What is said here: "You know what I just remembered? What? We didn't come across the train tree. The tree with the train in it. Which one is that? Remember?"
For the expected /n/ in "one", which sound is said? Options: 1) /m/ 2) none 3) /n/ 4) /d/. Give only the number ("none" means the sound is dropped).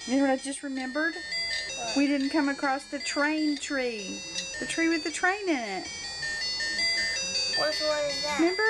2